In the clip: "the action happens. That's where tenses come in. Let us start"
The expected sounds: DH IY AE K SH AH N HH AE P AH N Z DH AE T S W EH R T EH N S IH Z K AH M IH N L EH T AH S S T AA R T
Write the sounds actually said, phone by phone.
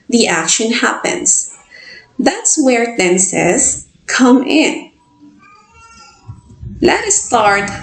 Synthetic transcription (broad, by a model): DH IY AE K SH AH N HH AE P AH N S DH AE T S W EH R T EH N S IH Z K AH M IH N L EH T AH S S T AA R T